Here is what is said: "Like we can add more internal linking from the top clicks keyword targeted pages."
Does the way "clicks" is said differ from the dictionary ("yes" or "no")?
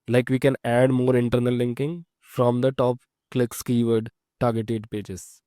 no